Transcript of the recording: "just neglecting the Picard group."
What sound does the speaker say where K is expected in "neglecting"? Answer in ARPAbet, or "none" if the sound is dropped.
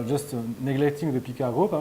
K